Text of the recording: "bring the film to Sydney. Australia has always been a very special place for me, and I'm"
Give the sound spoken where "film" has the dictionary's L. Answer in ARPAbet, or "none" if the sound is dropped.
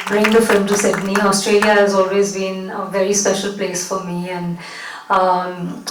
L